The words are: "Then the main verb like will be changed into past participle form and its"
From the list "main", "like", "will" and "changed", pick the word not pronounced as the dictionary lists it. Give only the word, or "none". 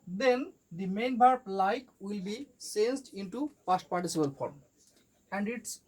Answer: changed